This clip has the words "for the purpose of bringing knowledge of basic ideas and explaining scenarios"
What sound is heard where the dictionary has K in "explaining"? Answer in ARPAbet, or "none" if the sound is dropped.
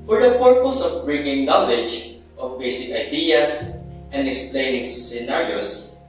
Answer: K